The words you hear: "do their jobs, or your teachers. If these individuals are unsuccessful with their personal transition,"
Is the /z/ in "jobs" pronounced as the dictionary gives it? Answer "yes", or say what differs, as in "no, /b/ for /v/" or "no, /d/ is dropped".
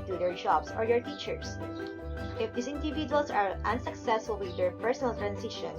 no, /s/ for /z/